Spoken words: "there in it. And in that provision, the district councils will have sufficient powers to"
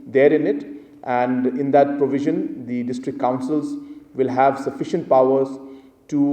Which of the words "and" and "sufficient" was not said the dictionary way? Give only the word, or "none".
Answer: none